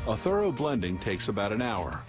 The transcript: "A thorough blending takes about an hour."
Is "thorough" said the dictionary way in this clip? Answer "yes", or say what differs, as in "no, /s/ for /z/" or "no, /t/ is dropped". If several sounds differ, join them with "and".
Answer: yes